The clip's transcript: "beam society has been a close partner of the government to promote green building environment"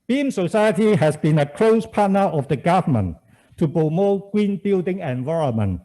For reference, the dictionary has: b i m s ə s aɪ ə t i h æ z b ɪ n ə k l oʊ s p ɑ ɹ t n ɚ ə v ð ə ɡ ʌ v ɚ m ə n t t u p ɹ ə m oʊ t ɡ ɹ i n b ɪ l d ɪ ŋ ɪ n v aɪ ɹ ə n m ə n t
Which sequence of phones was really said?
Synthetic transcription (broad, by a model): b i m s ə s aɪ ə t i h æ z b ɪ n ə k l oʊ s p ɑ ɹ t n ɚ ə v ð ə ɡ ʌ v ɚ m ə n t t u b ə m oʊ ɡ w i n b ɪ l d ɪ ŋ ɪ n v aɪ ɹ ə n m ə n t